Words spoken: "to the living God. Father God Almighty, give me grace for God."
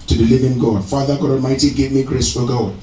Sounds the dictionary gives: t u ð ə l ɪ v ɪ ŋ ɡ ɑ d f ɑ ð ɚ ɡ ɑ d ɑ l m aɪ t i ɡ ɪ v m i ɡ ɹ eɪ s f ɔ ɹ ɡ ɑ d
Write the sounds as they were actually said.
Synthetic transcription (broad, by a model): t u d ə l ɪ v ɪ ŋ ɡ ɑ d f ɑ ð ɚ ɡ ɑ d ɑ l m aɪ t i ɡ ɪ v m i ɡ ɹ eɪ s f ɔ l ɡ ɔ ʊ